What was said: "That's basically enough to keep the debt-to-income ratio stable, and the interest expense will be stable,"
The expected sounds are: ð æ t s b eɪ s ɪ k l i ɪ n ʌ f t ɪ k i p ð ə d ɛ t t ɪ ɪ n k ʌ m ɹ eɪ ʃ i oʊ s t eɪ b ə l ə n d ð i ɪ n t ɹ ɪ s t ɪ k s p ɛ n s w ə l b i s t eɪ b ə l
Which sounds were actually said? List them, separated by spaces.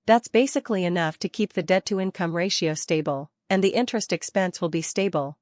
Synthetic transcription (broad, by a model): ð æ t s b eɪ s ɪ k l i ɪ n ʌ f t ɪ k i p ð ə d ɛ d t ɪ ɪ n k ʌ m ɹ eɪ ʃ i oʊ s t eɪ b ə l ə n ð i ɪ n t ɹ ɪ s t ɪ k s p ɛ n s w ə l b i s t eɪ b l